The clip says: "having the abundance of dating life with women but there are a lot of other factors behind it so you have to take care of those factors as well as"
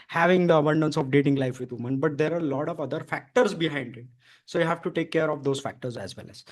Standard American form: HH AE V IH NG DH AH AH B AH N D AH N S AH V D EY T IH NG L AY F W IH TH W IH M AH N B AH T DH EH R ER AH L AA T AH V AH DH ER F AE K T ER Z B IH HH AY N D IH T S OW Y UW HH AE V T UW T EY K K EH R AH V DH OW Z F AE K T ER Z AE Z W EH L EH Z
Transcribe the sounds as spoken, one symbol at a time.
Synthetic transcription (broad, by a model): HH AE V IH NG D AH AH B AH N D AH N S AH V D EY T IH NG L AY F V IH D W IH M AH N B AH T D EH R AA AH L AA T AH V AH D ER F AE K T ER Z B IH HH AY N D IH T S OW Y UW HH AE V T UW T EY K K EH R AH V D OW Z F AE K T ER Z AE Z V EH L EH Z